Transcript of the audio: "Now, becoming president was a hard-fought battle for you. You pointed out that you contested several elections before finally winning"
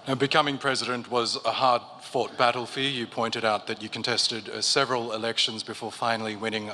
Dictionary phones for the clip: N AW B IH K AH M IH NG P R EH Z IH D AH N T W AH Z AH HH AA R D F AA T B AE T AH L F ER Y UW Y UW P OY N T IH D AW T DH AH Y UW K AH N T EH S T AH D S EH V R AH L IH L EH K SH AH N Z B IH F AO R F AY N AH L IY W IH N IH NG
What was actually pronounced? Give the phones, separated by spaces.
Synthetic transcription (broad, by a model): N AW B IH K AH M IH NG P R EH Z IH D AH N T W AH Z AH HH AA R D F AA T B AE T L F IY Y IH P OY N T IH D AW T DH AH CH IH K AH N T EH S T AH D S EH V R AH L IH L EH K SH AH N Z B IH F AO R F AY N L IY W IH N IH NG